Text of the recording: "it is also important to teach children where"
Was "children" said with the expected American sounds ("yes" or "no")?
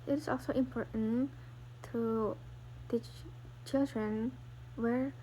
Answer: yes